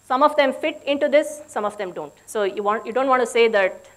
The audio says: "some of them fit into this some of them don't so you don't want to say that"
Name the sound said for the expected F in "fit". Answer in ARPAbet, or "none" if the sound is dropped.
F